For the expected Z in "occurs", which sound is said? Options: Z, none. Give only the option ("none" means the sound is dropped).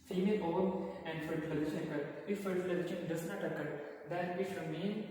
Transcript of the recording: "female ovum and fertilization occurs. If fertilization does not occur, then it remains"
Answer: none